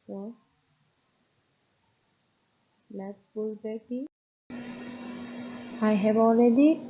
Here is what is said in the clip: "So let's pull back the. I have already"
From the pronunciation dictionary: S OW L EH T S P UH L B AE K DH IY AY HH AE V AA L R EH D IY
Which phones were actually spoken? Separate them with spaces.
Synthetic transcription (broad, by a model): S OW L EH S F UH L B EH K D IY AY HH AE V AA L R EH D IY